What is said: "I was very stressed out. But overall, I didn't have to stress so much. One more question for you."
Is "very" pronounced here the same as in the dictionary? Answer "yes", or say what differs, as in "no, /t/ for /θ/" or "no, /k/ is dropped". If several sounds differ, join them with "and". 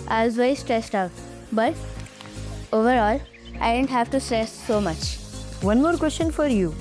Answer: no, /ɹ/ is dropped